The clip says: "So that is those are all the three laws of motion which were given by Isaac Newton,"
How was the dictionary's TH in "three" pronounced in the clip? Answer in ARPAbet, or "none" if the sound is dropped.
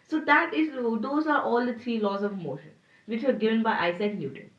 T